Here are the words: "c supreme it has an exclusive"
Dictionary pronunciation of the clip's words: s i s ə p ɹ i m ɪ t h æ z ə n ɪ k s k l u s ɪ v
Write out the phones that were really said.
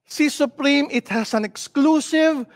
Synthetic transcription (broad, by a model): s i s ə p ɹ i m ɪ t h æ s ə n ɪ k s k l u s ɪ v